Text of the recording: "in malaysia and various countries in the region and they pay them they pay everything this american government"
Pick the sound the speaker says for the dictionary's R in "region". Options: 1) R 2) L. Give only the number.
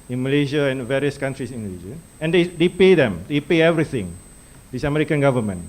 2